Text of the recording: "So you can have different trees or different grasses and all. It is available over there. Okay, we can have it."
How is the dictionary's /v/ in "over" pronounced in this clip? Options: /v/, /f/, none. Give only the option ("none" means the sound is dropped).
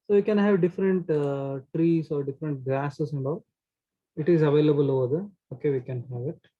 none